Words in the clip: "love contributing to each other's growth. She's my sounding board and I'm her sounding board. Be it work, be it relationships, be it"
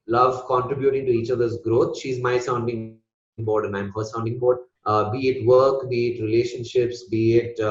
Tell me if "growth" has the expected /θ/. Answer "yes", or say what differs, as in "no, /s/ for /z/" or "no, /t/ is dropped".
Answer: no, /t/ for /θ/